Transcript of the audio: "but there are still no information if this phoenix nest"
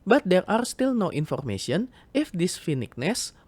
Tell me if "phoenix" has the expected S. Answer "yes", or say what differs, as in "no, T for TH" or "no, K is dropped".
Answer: no, S is dropped